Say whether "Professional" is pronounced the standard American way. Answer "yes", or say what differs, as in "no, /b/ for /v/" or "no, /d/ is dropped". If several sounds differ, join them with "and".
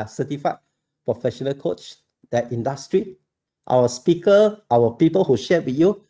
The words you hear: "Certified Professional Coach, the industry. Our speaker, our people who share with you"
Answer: yes